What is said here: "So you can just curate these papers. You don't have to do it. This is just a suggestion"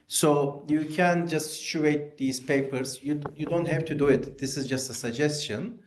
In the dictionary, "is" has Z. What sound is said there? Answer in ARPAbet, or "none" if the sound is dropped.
Z